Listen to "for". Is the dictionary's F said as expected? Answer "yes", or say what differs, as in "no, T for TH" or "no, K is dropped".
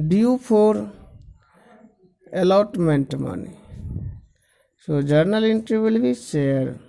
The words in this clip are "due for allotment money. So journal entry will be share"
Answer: no, P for F